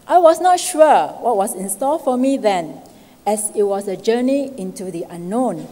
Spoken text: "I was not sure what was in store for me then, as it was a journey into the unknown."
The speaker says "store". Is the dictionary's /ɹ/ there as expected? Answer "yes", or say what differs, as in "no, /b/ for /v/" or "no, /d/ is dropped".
no, /l/ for /ɹ/